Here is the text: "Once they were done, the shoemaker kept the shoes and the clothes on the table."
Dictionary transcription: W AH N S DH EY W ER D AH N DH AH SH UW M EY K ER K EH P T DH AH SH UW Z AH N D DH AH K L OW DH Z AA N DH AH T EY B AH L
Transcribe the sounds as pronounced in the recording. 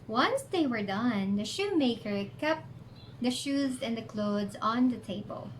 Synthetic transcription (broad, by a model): W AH N S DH EY W ER D AH N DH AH SH UW M EY K ER K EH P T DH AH SH UW Z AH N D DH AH K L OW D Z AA N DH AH T EY B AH L